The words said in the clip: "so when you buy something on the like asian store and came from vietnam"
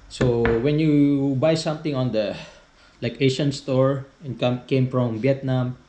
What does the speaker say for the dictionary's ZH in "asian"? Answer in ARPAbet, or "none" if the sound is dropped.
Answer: SH